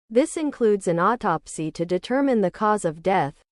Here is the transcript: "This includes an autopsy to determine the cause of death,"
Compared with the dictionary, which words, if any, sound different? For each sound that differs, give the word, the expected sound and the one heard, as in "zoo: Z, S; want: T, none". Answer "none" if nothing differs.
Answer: none